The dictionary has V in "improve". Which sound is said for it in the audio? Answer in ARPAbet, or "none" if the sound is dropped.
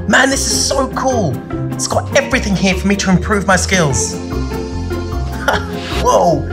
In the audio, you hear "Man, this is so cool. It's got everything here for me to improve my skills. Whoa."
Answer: V